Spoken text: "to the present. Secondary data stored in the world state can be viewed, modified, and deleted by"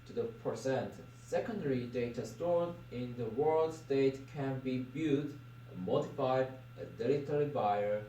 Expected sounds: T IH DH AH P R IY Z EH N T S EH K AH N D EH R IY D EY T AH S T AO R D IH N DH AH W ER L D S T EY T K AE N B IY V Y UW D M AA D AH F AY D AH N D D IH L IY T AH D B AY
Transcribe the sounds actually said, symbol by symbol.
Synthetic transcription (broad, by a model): T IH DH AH P R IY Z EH N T S EH K AH N D EH R IY D EY T AH S T AO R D IH N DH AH W ER L D S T EY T K AE N B IY B Y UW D M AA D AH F AY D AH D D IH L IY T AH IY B AY